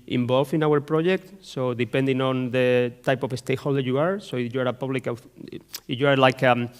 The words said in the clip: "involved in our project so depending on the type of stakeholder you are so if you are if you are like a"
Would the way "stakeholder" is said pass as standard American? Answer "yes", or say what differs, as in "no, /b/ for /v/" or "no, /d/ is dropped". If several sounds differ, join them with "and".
no, /k/ is dropped